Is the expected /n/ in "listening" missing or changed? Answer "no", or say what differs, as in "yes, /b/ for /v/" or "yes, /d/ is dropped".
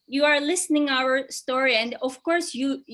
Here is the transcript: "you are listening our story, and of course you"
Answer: no